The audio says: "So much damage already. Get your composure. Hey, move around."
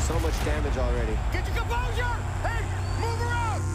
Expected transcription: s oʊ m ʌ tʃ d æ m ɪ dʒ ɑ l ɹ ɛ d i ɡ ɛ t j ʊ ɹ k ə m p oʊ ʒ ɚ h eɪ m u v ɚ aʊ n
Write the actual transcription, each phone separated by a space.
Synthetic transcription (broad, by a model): s oʊ m ʌ tʃ d æ m ɪ dʒ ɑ l ɹ ɛ d i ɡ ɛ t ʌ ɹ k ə p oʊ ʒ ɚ h eɪ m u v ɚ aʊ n